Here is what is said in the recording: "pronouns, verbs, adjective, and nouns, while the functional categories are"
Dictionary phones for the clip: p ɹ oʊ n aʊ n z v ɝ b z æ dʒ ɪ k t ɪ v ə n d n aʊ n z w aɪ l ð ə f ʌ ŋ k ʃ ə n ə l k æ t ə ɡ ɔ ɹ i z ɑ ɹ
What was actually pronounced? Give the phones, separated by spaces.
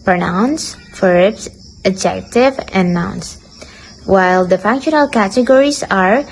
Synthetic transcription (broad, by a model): p ɹ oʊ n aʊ n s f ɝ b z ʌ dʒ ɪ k t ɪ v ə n n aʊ n s w aɪ l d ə f ʌ ŋ k ʃ ə n ə l k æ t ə ɡ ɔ ɹ i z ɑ ɹ